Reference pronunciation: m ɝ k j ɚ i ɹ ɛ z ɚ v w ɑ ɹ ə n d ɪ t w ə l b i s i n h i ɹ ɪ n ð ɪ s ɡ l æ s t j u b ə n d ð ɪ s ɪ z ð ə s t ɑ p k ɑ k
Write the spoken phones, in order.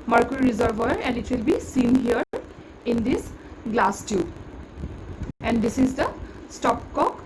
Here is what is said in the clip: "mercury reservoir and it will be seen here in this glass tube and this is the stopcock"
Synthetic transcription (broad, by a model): m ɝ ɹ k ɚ i ɹ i z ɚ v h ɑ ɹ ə n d ɪ t w ə l b i s i n h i ɹ ɪ n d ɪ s ɡ l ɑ s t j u ə n d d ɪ s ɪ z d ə s t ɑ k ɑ k